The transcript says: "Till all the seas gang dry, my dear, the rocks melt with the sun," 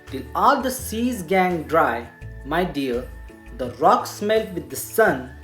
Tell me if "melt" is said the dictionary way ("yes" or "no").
yes